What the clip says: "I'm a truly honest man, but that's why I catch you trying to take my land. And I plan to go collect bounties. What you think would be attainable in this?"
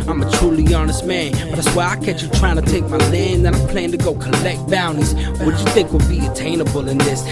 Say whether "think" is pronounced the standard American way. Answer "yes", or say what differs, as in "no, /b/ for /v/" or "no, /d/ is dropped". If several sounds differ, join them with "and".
yes